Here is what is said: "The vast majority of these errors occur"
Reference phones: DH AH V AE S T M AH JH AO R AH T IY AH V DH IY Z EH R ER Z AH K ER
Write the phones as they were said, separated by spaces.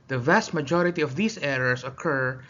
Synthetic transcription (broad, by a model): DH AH V AE S T M AH JH AO R AH T IY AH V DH IY S EH R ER S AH K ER